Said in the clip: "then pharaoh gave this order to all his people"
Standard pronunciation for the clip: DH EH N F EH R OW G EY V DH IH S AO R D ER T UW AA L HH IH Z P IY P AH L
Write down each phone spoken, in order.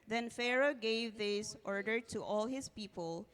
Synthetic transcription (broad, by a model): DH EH N F EH R OW G EY V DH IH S AO R D ER T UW AA L HH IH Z P IY P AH L